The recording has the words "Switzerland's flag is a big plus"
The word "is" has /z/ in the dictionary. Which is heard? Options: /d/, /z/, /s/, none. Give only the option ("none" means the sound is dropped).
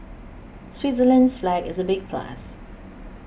/z/